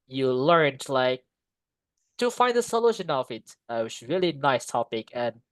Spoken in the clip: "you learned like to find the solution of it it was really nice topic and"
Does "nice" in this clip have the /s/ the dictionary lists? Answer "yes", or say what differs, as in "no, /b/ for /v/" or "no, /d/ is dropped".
yes